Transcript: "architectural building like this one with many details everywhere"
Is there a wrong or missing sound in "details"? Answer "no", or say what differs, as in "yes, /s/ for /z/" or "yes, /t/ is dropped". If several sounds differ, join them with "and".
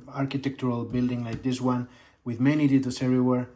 yes, /s/ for /z/